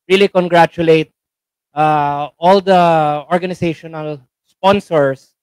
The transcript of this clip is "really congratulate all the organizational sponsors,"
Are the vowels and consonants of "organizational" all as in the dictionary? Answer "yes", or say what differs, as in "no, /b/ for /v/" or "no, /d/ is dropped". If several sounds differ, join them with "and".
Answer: no, /s/ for /z/